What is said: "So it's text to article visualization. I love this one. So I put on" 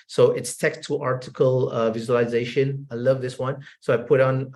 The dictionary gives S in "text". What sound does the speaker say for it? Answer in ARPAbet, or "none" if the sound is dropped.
none